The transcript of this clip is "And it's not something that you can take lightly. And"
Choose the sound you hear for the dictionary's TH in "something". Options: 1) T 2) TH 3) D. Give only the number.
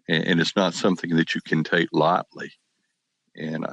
2